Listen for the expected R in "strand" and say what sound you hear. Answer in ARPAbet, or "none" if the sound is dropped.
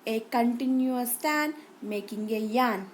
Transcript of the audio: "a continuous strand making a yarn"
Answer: none